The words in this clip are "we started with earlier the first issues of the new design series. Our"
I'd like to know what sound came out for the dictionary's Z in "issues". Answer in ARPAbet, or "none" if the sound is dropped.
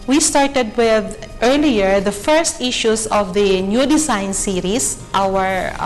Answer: S